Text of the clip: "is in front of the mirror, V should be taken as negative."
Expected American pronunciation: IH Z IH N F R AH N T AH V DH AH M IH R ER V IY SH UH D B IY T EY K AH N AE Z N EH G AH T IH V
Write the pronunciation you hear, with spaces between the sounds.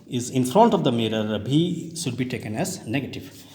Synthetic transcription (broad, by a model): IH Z IH N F R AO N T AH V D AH M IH R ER B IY SH UH D B IY T EY K AH N AE Z N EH G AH T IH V